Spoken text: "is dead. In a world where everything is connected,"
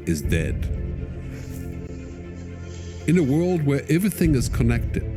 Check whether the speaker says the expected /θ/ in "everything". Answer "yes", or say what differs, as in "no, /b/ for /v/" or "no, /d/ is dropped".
yes